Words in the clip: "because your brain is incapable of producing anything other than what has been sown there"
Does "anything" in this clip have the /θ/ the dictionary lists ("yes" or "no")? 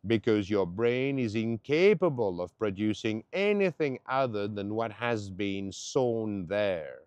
yes